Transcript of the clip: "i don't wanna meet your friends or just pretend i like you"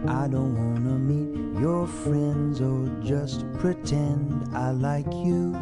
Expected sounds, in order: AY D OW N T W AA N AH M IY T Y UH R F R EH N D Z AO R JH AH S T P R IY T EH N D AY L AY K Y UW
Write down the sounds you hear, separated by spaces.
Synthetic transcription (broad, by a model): AY D OW N T W AA N AH M IY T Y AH R F R EH N D Z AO L JH AH S T P R IY T EH N D AY L AY K Y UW